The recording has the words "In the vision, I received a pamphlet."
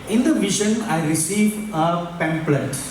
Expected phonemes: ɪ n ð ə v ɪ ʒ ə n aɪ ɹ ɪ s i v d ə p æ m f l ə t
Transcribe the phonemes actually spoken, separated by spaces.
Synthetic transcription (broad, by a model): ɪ n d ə v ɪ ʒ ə n aɪ ɹ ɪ s i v ə p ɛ m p l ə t